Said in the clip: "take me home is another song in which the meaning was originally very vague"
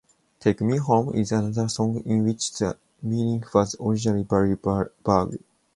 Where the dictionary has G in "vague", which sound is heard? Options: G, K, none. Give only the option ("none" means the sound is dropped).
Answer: none